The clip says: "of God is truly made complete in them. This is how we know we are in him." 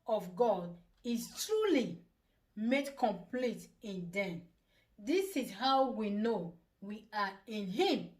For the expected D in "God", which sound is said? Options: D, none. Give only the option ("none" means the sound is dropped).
D